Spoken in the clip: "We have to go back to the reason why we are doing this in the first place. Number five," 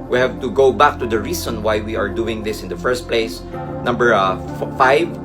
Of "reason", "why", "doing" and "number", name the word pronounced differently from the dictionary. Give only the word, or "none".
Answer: reason